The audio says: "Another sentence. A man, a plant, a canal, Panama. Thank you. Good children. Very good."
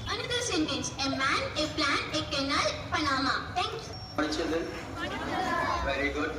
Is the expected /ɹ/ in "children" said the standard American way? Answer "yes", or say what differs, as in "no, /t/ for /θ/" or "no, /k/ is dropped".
no, /ɹ/ is dropped